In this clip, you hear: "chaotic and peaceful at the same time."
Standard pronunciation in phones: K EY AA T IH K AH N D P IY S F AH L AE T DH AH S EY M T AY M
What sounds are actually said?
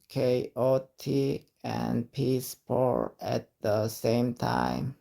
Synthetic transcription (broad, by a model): K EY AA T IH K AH N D P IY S P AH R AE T DH AH S EY M T AY M